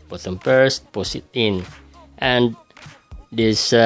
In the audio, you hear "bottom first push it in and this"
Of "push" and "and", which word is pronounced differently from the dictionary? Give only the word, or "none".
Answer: push